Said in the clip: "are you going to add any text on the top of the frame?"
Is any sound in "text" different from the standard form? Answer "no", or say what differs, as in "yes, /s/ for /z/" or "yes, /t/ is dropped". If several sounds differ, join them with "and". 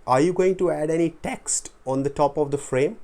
no